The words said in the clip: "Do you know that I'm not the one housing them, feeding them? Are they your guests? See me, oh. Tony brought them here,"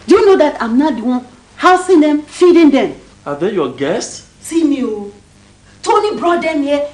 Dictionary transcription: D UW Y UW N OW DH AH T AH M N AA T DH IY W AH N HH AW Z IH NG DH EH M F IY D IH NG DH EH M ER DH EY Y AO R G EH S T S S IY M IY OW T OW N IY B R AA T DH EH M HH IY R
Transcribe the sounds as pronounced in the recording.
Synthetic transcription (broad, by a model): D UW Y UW N OW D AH T AH M N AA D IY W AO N HH AW S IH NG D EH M F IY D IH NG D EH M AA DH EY Y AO G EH S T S S IY M IY OW T OW N IY B R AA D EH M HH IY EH